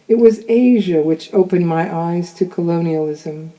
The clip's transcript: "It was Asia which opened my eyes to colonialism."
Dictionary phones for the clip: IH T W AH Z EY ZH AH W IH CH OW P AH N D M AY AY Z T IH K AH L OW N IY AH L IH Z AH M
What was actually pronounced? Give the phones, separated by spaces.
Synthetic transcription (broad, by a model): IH T W AH Z EY ZH AH W IH CH OW P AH N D M AY AY Z T IH K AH L OW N IY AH L IH Z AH M